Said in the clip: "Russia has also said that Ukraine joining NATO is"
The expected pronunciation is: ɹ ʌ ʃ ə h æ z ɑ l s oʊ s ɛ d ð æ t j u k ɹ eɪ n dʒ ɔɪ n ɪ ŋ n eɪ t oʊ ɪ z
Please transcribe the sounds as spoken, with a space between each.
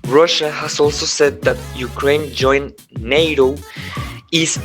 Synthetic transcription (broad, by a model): ɹ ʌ ʃ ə h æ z ɑ l s oʊ s ɛ d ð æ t j u k ɹ eɪ n dʒ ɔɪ ɪ n eɪ t oʊ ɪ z